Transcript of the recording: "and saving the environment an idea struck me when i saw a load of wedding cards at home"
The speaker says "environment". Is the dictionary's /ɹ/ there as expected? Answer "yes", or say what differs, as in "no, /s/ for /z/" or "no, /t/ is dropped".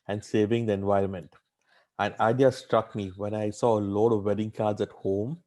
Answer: yes